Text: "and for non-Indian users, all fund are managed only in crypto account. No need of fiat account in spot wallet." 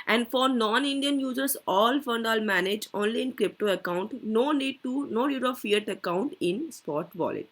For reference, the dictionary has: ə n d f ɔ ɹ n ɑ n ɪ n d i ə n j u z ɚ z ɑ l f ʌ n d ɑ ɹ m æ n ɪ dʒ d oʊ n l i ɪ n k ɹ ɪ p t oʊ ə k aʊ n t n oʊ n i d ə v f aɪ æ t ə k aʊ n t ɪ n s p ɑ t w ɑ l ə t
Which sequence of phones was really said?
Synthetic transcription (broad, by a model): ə n d f ɔ ɹ n ɑ n ɪ n d i ə n j u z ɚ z ɑ l f ʌ n d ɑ l m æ n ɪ dʒ oʊ n l i ɪ n k ɹ ɪ p t oʊ ə k aʊ n t n oʊ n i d ə v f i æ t ə k aʊ n t ɪ n s p ɑ t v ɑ l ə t